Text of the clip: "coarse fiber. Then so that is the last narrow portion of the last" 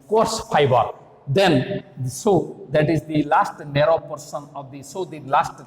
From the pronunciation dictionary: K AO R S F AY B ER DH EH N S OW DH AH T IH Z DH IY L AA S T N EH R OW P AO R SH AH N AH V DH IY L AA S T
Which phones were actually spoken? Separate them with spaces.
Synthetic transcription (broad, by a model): K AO R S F AY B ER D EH N S OW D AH T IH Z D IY L AA S T N EH R OW P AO R S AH N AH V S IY L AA S T